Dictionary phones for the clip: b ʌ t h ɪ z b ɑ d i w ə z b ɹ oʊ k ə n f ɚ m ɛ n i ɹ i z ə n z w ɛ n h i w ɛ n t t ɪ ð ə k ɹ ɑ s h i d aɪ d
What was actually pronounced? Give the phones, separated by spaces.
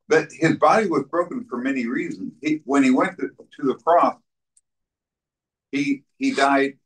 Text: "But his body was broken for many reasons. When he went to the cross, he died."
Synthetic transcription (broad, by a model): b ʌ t h ɪ z b ɑ d i w ə z b ɹ oʊ k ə n f ɚ m ɛ n i ɹ i z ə n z w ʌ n i w ɛ n t t ɪ ð ə k ɹ ɑ s h i d aɪ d